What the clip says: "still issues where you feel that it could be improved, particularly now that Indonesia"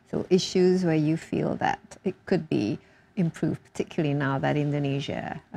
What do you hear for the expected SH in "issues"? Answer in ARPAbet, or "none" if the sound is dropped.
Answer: SH